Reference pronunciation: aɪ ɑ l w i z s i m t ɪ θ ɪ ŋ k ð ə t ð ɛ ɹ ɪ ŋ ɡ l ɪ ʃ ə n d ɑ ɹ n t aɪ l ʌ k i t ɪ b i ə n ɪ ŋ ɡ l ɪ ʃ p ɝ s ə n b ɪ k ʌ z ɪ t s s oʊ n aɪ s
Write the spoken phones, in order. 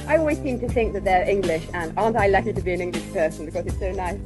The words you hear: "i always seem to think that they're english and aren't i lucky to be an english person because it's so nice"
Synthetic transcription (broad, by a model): aɪ ɑ l w i z s i m t ɪ θ ɪ ŋ k ð ə t ð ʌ ɹ ɪ ŋ ɡ l ɪ ʃ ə n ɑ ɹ n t aɪ l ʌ k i t ɪ b i ə n ɪ ŋ ɡ l ɪ ʃ p ɝ s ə n b ɪ k ʌ z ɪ t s s oʊ n aɪ s